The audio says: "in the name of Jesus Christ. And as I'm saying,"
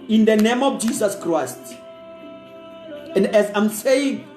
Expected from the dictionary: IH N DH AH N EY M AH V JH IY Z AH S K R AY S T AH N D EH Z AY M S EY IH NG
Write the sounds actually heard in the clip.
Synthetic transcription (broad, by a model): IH N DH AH N EY M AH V JH IY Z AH S K R AY S T AH N D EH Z AY M S EY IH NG